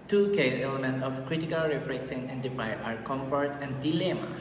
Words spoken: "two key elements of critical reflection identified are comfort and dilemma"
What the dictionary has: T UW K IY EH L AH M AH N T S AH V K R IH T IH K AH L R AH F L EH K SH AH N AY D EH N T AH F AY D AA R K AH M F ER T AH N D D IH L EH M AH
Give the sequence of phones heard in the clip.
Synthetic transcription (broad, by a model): T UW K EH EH L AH M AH N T AH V K R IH T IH K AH L R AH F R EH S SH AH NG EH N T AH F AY AA R K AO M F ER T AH N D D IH L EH M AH